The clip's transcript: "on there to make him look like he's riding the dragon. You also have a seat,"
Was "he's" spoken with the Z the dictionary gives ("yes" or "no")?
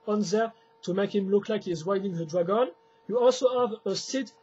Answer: yes